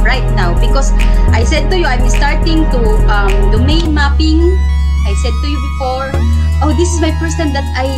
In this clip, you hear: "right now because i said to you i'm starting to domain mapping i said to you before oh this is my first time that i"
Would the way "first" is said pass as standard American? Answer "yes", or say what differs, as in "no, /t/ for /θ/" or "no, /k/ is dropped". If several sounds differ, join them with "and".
no, /p/ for /f/